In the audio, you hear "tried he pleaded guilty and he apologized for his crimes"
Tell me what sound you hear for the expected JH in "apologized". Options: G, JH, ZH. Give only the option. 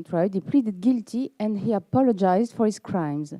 JH